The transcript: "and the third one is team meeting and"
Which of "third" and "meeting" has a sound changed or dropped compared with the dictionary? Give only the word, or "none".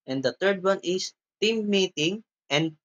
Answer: third